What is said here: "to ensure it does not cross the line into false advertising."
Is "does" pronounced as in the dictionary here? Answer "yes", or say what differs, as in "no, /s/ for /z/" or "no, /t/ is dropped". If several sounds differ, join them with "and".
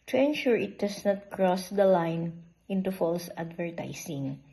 no, /s/ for /z/